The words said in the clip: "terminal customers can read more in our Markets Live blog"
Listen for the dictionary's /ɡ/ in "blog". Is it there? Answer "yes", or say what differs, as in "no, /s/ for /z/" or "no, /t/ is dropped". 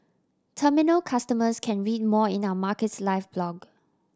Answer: yes